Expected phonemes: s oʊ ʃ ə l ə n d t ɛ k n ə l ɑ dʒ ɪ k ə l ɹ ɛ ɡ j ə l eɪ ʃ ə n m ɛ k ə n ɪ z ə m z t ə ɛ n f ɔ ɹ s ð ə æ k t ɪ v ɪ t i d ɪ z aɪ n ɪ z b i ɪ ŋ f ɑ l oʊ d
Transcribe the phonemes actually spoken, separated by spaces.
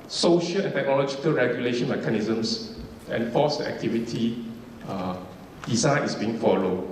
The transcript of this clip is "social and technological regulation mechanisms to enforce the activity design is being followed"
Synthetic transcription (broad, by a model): s oʊ ʃ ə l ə n t ɛ k n ə l ɑ dʒ ɪ k ə l ɹ ɛ ɡ j ə l eɪ ʃ ə n m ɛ k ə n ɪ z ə m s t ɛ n f ɔ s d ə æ k t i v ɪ t i d ɪ z aɪ n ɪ s b i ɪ ŋ f ɑ l oʊ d